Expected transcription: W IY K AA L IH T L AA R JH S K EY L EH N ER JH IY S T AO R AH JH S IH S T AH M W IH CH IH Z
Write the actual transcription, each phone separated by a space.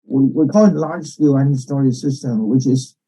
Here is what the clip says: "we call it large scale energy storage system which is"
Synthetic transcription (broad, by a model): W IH K AA L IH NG L AA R ZH S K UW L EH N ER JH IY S T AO R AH S IH S T AH M W IH CH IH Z